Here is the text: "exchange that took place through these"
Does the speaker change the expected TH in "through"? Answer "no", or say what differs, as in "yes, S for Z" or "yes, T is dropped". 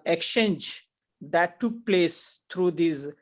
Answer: yes, T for TH